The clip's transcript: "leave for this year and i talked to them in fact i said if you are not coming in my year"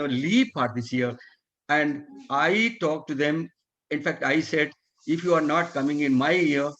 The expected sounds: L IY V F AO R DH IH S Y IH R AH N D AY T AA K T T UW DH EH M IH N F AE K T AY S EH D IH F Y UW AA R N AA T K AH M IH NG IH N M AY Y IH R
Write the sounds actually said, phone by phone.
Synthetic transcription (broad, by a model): L IY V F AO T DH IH S Y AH R AH N D AY T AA K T T UW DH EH M IH N F AE K T AY S EH D IH F Y UW AA R N AA T K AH M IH NG IH N M AY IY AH R